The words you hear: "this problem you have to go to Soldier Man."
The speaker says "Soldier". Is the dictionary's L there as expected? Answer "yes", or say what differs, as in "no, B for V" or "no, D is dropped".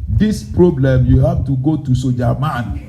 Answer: no, L is dropped